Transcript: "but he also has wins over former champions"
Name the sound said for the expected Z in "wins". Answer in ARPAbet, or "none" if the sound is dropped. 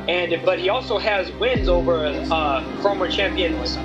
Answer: Z